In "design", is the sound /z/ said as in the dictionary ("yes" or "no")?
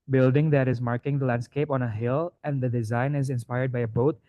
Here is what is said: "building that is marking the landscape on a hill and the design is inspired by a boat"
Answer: yes